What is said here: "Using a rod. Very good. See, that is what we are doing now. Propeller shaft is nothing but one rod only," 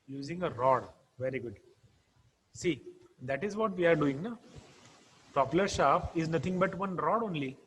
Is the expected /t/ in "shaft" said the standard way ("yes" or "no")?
no